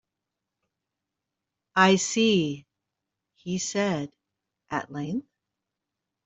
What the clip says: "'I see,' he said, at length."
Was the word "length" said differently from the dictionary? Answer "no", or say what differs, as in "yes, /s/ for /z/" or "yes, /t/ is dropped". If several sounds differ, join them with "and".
no